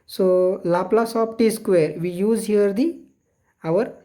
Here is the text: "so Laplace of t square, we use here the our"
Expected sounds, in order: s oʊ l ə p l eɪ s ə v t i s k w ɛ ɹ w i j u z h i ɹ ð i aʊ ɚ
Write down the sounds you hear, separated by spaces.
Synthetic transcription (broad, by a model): s oʊ l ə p l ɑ s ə p t i s k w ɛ ɹ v i j u z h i ɹ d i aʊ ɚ